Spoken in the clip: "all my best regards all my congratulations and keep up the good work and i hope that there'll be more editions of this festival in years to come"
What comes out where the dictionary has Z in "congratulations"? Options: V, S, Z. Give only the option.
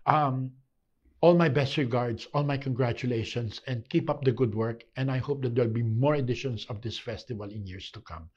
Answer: S